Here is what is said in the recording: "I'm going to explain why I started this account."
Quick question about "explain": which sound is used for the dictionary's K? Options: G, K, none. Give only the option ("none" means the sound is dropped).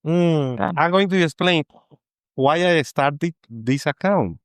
none